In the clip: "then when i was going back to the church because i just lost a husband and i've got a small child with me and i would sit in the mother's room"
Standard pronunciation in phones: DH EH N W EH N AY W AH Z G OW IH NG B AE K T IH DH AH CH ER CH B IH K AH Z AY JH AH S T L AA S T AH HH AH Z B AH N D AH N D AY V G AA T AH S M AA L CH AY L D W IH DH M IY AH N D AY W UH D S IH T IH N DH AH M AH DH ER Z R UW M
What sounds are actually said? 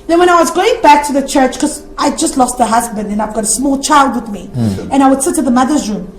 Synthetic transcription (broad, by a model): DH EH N W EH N AY W AH Z G OW IH NG B AE K T IH DH AH CH ER CH K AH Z AY JH AH S T L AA S T AH HH AH Z B AH N D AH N AY V G AA T AH S M AA L CH AY L D W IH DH M IY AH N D AY W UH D S IH T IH DH AH M AH DH ER Z R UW M